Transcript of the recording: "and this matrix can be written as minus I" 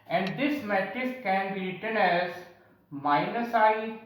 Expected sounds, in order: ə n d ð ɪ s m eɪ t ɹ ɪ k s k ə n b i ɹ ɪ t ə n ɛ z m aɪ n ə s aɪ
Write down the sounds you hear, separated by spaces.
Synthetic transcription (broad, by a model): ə n d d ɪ s m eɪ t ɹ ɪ s k ə n b i ɹ ɪ t ə n ɛ z m aɪ n ə s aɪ